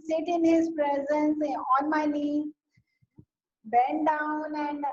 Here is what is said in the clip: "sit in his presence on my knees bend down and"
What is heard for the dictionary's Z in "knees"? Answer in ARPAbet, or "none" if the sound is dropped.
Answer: none